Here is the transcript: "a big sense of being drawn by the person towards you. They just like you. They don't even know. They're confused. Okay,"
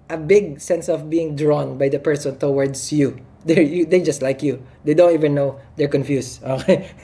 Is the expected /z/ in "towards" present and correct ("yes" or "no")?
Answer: no